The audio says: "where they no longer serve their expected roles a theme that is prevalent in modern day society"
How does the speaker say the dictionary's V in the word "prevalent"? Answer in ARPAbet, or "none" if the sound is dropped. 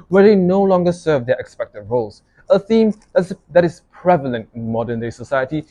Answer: V